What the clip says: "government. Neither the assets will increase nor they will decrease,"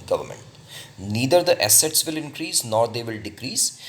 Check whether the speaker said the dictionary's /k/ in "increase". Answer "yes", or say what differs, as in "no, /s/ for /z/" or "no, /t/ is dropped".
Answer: yes